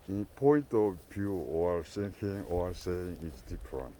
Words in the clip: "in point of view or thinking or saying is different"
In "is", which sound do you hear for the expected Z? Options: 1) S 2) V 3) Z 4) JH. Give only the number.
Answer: 1